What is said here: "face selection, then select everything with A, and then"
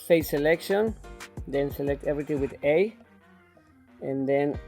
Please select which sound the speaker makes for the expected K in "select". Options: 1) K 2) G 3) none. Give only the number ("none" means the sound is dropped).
1